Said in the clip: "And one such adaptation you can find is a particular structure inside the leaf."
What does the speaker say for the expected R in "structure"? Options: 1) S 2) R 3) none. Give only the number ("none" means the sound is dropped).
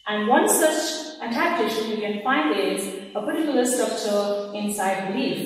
3